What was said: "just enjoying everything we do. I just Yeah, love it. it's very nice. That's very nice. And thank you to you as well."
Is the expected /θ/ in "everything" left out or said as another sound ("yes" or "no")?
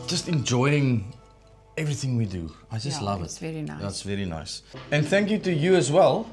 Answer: no